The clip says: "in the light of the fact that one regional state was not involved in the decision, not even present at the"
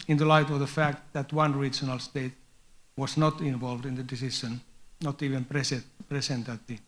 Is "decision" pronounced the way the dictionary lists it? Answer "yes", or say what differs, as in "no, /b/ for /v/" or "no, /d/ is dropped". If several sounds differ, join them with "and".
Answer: no, /ʃ/ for /ʒ/